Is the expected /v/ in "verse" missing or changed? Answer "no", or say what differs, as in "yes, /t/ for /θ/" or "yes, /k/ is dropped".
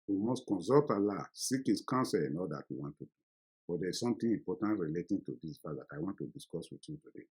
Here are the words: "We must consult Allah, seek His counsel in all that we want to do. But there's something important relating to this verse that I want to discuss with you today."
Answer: yes, /p/ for /v/